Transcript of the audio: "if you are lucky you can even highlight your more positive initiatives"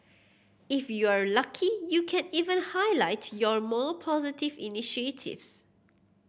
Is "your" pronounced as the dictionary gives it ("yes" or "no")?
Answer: yes